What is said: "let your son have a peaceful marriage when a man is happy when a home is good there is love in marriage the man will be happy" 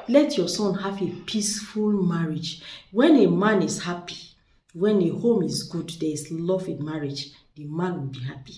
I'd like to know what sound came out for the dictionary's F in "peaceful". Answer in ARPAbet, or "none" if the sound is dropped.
F